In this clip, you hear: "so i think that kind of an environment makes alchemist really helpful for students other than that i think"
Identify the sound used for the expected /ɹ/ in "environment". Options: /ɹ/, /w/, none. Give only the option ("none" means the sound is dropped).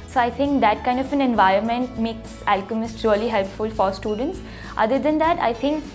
/ɹ/